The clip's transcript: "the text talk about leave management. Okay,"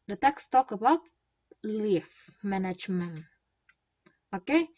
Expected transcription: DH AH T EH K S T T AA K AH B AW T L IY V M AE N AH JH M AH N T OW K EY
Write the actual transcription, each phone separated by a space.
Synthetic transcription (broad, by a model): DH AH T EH K S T T AA K AH B AW T L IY F M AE N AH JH M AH N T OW K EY